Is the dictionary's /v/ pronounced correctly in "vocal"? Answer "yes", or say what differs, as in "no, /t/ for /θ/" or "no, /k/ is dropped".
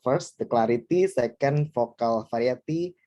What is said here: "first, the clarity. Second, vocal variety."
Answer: no, /f/ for /v/